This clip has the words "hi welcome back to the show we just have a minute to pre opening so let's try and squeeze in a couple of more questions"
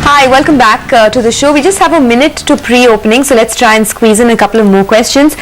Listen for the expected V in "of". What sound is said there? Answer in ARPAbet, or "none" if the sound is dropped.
V